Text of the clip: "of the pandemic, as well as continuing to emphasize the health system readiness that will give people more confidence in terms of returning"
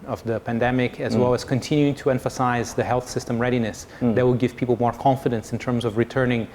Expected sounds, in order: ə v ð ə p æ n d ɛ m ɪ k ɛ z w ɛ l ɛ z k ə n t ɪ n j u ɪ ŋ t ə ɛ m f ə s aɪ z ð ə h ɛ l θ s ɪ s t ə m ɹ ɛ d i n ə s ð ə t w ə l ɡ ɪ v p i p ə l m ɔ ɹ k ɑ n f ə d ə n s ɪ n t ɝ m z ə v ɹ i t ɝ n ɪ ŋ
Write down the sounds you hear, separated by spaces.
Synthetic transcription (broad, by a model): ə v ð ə p æ n d ɛ m ɪ k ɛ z w ɛ l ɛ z k ə n t ɪ n j u ɪ ŋ t ə ɛ m f ə s aɪ z ð ə h ɛ l θ s ɪ s t ə m ɹ ɛ d i n ə s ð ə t w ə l ɡ ɪ v p i p l m ɔ ɹ k ɑ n f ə d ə n s ɪ n t ɝ m z ə v ɹ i t ɝ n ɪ ŋ